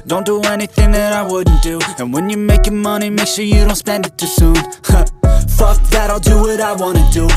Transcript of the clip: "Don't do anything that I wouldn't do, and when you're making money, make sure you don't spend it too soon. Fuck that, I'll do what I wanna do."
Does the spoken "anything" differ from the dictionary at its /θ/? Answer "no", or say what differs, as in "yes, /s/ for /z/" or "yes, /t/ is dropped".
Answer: no